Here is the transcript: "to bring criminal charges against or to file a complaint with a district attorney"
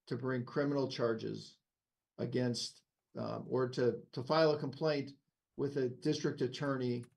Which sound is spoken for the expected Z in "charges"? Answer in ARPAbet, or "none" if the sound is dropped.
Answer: Z